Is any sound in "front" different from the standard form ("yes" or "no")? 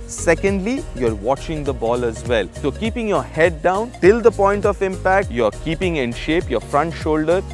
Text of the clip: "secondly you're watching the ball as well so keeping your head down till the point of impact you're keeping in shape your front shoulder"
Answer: no